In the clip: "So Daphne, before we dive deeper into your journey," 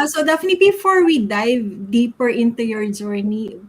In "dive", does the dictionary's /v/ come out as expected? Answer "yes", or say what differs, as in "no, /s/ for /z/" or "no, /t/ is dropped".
yes